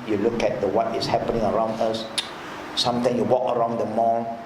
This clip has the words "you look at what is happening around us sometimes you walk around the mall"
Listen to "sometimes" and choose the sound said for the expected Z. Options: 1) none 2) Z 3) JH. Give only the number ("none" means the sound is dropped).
1